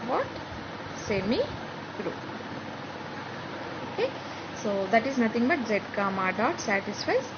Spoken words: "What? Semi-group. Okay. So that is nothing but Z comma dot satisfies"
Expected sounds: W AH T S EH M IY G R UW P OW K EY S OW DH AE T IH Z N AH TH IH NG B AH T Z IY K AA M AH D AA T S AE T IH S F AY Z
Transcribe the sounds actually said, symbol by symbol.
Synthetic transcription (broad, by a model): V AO T S EH M IY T R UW OW K EY S OW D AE T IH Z N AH T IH NG B AH T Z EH K AA M AH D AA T S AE T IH S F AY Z